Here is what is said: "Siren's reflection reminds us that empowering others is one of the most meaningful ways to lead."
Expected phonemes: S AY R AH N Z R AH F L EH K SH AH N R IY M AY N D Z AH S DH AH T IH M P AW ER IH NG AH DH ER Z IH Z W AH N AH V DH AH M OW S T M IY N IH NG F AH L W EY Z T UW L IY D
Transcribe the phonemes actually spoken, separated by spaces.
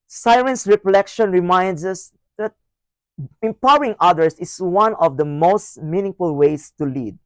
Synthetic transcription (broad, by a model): S AY R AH N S R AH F L EH K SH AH N R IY M AY N D S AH S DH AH T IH M P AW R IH NG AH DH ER S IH S W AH N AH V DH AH M OW S T M IY N IH NG F AH L W EY S T UW L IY D